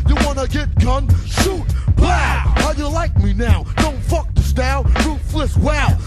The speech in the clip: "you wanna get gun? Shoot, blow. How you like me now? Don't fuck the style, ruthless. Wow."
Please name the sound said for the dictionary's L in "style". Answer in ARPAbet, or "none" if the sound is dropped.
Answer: N